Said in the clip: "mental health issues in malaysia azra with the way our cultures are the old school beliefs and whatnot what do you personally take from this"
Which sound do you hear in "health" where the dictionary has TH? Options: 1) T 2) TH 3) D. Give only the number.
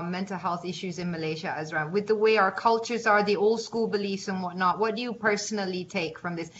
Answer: 2